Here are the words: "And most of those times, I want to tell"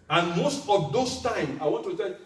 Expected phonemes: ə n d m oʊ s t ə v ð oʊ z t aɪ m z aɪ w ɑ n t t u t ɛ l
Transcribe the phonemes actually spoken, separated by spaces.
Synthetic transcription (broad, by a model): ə n m oʊ s t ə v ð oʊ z t aɪ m aɪ w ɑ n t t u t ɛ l